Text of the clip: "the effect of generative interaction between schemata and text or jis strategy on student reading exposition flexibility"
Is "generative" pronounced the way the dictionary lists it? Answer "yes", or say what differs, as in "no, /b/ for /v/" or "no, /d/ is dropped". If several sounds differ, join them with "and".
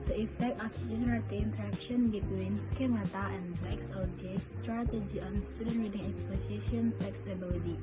no, /v/ is dropped